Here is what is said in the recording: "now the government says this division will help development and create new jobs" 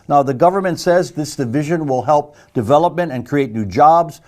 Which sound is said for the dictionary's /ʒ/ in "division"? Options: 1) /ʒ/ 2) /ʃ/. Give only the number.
1